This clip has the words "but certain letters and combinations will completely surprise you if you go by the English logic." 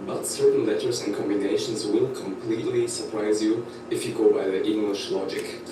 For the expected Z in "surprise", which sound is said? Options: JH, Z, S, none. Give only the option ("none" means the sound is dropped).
Z